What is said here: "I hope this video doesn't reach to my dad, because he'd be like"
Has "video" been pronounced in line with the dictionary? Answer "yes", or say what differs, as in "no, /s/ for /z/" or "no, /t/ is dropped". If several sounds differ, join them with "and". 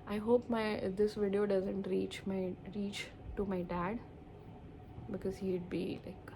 yes